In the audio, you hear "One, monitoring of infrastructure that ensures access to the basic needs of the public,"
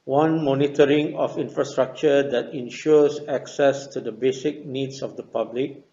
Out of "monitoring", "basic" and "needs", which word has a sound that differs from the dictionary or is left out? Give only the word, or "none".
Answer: needs